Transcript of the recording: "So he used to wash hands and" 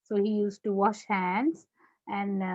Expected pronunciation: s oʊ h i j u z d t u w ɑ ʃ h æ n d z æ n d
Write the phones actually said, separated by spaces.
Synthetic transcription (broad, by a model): s oʊ h i j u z t u w ɑ ʃ h æ n d z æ n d